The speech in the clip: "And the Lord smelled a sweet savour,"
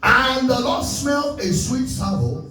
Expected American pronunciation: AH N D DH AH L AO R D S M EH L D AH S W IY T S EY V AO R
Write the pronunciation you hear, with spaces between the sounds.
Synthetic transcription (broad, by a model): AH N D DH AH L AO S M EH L AH S W IY T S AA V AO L